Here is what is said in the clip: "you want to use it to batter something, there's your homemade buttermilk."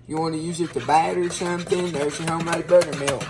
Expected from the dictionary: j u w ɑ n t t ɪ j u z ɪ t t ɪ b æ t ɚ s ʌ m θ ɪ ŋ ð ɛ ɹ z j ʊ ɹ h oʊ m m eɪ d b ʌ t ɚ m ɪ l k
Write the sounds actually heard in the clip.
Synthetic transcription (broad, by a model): j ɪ w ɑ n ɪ j u z ɪ t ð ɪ b æ t ɚ s ʌ m θ ɪ ŋ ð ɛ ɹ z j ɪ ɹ h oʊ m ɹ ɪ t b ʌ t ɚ m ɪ l